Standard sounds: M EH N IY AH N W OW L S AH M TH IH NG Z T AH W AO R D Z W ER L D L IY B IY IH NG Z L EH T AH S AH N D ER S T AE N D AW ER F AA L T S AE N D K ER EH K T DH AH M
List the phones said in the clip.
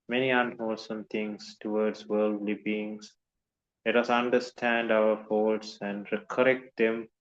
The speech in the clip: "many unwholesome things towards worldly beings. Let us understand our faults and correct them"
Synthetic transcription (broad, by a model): M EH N IY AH N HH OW S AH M T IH NG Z T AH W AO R D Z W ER L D L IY B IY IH NG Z L EH T AH S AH N D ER S T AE N D AW ER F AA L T S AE N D K ER EH K T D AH M